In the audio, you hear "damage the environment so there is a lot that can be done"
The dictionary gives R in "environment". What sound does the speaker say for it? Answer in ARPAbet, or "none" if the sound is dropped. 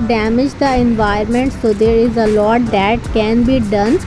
none